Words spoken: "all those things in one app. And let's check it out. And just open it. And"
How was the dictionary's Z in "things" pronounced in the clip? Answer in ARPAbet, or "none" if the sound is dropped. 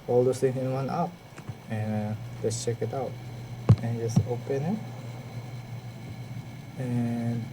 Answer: none